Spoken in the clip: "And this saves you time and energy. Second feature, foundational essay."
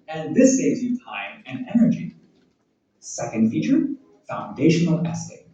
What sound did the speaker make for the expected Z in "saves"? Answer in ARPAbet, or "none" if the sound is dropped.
Z